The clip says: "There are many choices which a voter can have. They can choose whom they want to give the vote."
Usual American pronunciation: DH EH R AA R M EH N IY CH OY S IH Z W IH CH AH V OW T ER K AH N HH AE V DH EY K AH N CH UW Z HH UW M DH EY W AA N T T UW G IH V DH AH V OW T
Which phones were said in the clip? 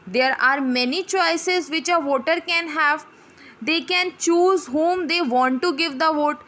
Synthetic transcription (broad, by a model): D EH R AA R M EH N IY CH OY S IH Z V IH CH AH V OW T ER K AH N HH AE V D EY K AH N CH UW Z HH UW M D EY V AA N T T UW G IH V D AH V OW T